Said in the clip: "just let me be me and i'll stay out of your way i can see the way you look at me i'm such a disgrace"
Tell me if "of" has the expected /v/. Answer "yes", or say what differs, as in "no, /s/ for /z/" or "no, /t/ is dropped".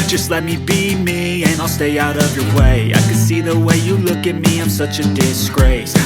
yes